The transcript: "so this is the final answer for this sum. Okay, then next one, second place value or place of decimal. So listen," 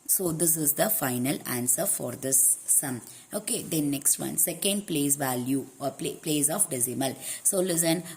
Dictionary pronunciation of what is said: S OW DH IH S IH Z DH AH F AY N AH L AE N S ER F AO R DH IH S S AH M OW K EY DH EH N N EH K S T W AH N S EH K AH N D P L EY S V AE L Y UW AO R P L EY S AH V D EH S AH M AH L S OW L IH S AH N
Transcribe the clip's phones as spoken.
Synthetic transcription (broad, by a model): S OW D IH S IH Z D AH F AY N AH L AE N S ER F AO R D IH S S AH M OW K EY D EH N N EH K S T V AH N S EH K AH N D P L EY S V AE L Y UW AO L P L EY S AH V D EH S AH M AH L S OW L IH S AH N